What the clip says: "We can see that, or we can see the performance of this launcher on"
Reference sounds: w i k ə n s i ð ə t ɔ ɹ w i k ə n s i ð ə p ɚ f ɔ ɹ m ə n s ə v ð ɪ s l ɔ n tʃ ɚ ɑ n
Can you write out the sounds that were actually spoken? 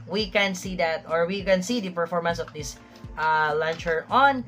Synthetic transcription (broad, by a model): w i k ə n s i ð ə t ɔ ɹ w i k ə n s i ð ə p ɚ f ɔ ɹ m ə n s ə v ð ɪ s l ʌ n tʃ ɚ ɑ n